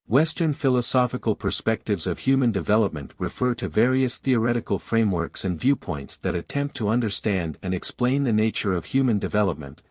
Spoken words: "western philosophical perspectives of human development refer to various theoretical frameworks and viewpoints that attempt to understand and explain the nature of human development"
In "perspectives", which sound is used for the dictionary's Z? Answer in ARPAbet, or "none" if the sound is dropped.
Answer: Z